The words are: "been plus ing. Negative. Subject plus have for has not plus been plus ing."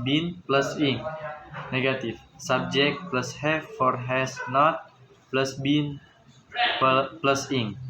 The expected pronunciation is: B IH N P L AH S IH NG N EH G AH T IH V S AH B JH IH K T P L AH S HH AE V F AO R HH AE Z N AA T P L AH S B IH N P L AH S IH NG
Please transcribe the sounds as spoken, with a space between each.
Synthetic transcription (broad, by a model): B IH N P L AH S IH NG N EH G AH T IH F S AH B JH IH K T P L AH S HH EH F F AO R HH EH S N AA T P L AH S B IH N P L AH S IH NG